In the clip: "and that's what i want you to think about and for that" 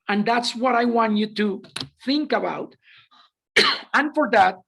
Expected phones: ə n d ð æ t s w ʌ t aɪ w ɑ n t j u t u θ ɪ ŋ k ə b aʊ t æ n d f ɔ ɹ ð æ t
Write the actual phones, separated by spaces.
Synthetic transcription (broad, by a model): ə n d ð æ t s w ʌ t aɪ w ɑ n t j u t u θ ɪ ŋ k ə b aʊ t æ n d f ɔ ɹ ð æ t